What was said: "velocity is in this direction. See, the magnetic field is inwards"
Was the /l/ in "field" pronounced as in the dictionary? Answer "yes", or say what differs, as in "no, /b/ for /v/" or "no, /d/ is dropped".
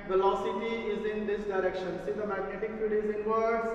no, /l/ is dropped